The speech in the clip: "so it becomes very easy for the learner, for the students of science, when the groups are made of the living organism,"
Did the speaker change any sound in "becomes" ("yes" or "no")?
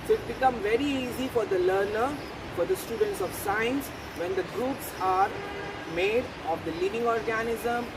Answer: yes